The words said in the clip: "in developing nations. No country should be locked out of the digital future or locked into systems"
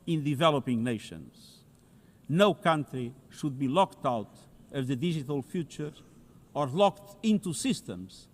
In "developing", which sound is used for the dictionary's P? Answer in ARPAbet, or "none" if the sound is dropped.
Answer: P